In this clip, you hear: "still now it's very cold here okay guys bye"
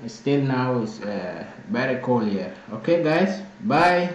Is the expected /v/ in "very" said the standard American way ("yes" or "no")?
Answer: no